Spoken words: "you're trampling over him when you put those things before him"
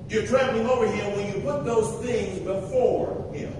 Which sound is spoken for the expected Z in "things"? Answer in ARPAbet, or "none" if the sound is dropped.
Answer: Z